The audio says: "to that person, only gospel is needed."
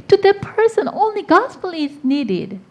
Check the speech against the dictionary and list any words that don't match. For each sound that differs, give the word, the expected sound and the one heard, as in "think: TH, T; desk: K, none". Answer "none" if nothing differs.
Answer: none